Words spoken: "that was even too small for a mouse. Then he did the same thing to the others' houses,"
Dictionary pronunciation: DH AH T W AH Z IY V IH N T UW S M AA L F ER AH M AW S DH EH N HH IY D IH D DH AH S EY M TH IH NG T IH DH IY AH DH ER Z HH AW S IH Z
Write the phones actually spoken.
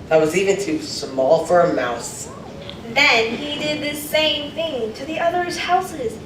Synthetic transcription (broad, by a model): DH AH T W AH Z IY V IH N T UW S M AA L F ER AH M AW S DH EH N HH IY D IH D DH AH S EY M TH IH NG T IH DH IY AH DH ER Z HH AW S IH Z